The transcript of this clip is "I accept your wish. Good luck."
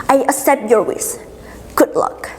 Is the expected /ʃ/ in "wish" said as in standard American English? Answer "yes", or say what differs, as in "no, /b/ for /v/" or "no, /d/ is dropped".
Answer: no, /s/ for /ʃ/